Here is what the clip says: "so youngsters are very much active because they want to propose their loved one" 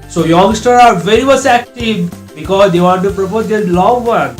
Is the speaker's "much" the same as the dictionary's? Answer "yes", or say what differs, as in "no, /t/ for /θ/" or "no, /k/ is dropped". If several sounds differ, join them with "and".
no, /s/ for /tʃ/